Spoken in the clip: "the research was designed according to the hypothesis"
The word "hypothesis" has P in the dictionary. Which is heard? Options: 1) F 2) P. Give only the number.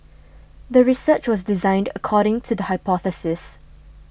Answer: 2